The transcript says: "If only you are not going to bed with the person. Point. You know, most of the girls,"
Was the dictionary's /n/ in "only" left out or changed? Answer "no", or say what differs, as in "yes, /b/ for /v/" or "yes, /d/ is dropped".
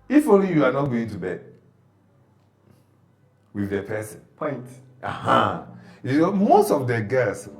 yes, /n/ is dropped